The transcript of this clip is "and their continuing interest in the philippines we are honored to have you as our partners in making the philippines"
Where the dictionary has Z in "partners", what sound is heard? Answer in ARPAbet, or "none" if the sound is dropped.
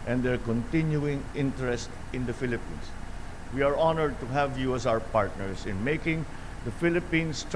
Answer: S